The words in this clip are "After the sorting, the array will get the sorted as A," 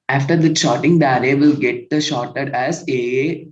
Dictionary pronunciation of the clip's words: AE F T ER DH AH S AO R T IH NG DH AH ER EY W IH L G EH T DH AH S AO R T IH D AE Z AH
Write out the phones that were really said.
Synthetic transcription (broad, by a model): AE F T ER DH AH SH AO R T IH NG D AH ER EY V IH L G EH T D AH SH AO R T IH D AE Z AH